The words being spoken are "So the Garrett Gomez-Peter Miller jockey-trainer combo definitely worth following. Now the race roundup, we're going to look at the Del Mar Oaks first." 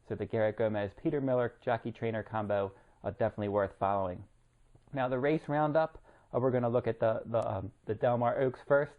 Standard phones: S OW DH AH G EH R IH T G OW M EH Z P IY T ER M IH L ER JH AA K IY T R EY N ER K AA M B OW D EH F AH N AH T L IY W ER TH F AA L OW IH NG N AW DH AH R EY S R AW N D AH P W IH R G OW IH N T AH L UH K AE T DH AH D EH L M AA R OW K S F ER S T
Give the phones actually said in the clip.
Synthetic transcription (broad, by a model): S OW DH AH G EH R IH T G OW M EH Z P IY T ER M IH L ER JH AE K IY T R EY N ER K AA M B OW D EH F AH N AH T L IY W ER TH F AA L OW IH NG N AW DH AH R EY S R AW N D AH P W IH R G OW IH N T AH L UH K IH T DH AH D EH L M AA R OW K S F ER S T